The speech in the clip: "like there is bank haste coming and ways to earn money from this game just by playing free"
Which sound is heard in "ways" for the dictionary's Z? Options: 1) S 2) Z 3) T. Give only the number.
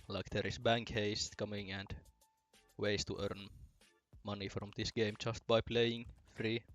1